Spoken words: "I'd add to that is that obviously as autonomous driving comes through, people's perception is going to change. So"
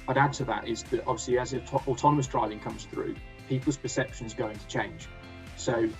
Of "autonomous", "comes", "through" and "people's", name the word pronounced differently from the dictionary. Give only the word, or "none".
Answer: none